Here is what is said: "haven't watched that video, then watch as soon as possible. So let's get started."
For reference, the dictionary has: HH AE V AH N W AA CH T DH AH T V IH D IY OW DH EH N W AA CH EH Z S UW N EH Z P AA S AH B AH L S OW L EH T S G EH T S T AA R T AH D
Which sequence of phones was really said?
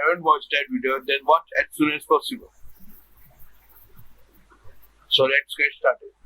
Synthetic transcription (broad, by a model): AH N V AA S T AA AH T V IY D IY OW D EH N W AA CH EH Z S UW N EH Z P AA S AH B AH L S OW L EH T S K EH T S T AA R T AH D